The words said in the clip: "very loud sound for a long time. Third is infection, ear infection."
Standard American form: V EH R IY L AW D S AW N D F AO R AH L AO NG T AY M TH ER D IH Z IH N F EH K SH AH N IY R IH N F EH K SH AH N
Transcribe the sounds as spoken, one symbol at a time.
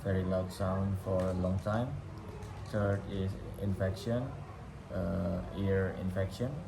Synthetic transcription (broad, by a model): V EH R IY L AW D S AW N D F AO R AH L AO NG T AY M T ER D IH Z IH N F EH K SH AH N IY R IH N F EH K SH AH N